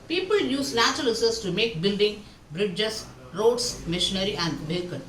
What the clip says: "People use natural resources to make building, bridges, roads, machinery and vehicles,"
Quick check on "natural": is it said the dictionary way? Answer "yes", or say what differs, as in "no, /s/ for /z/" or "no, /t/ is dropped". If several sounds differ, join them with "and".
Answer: no, /l/ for /n/